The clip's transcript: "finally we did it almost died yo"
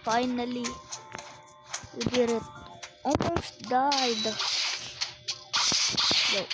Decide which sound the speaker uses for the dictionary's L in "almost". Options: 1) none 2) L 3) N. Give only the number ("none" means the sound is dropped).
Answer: 1